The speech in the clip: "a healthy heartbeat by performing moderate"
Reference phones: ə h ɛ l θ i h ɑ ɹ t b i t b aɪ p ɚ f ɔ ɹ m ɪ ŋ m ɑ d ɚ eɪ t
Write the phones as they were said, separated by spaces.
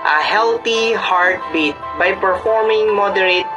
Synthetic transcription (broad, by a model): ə h ɛ l t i h ɑ ɹ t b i t b aɪ p ɚ f ɔ ɹ m ɪ ŋ m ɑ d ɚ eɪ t